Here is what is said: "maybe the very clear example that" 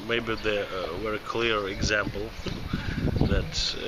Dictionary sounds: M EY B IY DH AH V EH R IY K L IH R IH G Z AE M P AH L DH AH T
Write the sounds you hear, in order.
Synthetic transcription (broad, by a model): M EY B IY DH AH W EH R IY K L IH R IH G Z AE M P L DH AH T